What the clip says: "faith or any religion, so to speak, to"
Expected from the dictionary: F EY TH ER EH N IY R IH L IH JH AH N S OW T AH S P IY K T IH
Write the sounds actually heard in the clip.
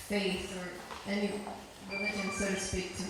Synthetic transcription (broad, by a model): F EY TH ER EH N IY W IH IH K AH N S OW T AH S P IY K T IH